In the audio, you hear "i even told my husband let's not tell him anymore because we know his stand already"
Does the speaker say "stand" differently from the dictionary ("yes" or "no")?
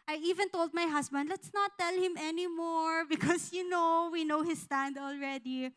no